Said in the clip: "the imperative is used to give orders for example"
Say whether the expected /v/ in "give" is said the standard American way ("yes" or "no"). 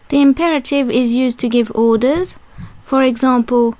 yes